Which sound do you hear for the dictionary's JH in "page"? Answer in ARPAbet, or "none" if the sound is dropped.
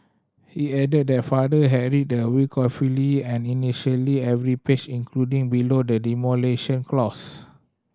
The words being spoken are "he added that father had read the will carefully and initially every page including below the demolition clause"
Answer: CH